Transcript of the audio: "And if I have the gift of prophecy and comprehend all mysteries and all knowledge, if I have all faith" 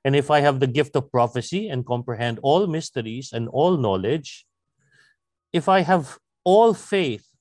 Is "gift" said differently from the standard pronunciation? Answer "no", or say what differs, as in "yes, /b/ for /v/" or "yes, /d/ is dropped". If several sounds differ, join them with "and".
no